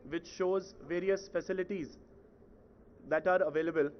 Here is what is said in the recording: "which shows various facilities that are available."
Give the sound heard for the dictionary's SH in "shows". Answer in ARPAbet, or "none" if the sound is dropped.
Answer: SH